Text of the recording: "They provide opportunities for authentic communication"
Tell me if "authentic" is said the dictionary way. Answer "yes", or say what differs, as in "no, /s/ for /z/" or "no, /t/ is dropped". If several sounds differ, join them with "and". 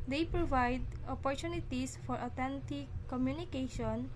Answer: no, /t/ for /θ/